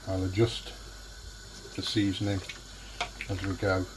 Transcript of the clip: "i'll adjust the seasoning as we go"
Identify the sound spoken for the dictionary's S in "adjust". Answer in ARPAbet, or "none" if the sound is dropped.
S